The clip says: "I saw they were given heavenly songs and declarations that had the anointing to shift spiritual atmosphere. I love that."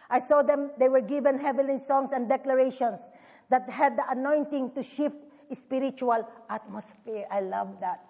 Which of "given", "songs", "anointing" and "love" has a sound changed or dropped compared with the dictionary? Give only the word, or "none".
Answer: songs